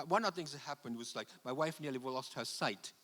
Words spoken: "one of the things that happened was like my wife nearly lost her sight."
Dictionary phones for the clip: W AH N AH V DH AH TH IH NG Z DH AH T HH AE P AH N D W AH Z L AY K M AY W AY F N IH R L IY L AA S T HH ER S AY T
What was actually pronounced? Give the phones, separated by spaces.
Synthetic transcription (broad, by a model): W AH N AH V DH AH TH IH NG Z DH AH T HH AE P AH N D W AH Z L AY K M AY W AY F N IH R L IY L AA S T HH ER S AY T